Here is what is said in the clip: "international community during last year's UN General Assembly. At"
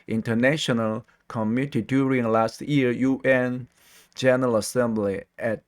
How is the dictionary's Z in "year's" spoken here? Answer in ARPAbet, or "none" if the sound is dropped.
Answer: none